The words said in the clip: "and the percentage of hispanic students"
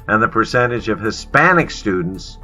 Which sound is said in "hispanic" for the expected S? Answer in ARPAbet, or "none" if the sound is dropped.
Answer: S